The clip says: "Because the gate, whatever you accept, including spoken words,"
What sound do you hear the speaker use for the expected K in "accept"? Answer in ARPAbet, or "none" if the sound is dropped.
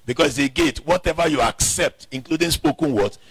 K